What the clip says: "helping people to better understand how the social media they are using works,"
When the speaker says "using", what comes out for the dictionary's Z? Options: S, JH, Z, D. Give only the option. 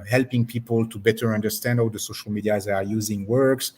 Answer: Z